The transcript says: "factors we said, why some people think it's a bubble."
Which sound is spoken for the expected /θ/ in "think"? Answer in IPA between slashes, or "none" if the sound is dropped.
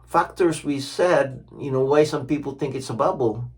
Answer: /θ/